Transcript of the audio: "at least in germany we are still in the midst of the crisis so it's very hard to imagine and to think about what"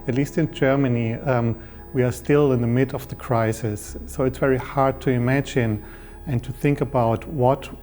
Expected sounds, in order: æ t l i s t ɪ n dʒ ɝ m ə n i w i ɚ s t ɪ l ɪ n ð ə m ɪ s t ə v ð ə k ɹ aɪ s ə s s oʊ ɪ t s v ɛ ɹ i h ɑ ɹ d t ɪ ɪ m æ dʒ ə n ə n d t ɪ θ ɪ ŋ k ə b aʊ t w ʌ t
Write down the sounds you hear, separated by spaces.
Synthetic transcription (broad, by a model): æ t l i s t ɪ n dʒ ɝ m ə n i w i ɚ s t ɪ l ɪ n ð ə m ɪ t ə v ð ə k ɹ aɪ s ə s s oʊ ɪ t s v ɛ ɹ i h ɑ ɹ d t ɪ ɪ m æ dʒ ə n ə n t ɪ θ ɪ ŋ k ə b aʊ t w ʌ t